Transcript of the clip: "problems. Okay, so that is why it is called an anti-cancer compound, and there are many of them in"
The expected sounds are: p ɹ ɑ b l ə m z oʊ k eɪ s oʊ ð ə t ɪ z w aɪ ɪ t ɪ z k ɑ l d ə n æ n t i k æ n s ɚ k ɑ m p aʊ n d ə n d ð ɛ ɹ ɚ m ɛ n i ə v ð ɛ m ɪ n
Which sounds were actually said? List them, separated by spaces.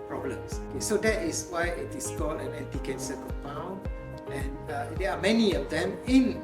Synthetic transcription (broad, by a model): p ɹ ɑ b l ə m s oʊ k eɪ s oʊ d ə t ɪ s w aɪ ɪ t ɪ s k ɑ l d ə n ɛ n t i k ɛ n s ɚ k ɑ p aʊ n ə n d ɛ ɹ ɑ m ɛ n i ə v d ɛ m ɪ n